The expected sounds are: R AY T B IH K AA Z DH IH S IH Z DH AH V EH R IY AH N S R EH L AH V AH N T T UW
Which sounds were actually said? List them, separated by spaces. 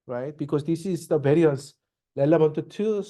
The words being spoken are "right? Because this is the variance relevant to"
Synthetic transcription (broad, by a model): R AY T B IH K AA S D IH S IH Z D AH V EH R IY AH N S L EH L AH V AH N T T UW